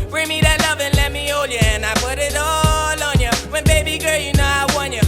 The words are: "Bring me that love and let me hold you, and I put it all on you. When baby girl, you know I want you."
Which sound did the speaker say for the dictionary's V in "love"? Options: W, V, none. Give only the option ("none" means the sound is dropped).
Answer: V